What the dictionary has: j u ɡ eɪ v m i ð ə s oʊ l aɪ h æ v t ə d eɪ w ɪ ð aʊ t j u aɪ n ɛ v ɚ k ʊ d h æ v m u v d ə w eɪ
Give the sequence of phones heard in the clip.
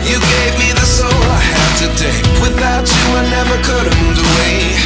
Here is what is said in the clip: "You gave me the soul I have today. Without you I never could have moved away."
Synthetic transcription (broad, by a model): j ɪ ɡ eɪ v m i ð ə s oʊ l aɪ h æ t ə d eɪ w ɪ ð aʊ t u aɪ n ɛ v ɚ k ʊ d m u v ə w eɪ